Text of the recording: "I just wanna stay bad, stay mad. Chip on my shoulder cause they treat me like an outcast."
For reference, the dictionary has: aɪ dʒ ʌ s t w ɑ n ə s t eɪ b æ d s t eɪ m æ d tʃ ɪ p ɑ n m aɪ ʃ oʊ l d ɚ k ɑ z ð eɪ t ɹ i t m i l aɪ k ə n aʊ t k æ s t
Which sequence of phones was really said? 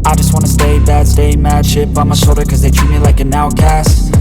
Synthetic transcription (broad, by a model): aɪ dʒ ʌ s t w ɑ n ə s t eɪ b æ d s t eɪ m æ d ʃ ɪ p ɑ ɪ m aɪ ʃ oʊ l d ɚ k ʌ z ð eɪ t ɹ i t m i l aɪ k ə n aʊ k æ s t